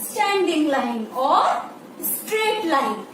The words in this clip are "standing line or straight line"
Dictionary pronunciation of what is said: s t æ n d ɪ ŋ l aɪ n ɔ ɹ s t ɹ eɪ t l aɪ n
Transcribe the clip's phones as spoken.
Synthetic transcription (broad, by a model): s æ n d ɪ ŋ l aɪ n ɔ ɹ s t ɹ eɪ t l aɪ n